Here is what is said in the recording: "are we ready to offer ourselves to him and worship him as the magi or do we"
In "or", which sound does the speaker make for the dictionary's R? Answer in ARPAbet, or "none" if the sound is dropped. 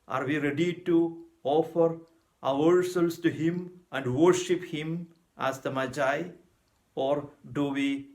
R